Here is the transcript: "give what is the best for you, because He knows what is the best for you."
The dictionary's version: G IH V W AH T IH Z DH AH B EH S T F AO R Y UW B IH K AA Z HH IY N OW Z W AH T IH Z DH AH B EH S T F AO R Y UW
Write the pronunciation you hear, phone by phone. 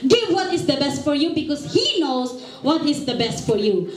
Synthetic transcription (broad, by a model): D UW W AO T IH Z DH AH B EH S T F AO R Y UW B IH K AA S HH IY N OW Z W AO T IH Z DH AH B EH S T F AO R Y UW